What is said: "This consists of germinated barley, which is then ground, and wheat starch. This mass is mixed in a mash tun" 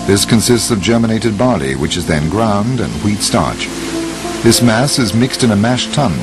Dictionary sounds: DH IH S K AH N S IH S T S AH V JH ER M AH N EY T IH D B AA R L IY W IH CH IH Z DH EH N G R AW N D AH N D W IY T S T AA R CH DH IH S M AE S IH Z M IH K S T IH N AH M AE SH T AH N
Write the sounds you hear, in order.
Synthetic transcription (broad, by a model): DH IH S K AH N S IH S T S AH V JH ER M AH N EY T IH D B AA R L IY W IH CH IH Z DH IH N G R AW N D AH N W IY T S T AA R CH DH IH S M AE S IH Z M IH K S T IH N AH M AE SH T AH N